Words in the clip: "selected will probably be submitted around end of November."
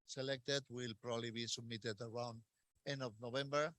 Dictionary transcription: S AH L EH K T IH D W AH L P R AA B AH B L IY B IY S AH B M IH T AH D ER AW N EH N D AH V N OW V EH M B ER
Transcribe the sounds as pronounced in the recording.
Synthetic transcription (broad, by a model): S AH L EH K T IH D W AH L P R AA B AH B L IY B IY S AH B M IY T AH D ER AW N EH N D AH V N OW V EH M B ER